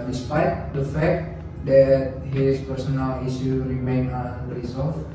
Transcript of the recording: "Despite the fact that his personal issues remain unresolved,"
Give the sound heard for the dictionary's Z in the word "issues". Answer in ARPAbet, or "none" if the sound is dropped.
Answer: none